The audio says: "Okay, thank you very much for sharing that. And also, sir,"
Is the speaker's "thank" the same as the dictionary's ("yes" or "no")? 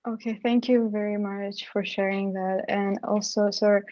yes